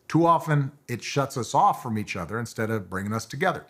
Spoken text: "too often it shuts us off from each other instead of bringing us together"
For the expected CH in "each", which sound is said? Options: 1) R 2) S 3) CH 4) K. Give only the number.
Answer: 3